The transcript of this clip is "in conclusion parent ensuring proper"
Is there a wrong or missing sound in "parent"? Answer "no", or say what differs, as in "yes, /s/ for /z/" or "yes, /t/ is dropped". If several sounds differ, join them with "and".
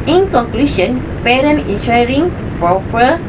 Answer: yes, /t/ is dropped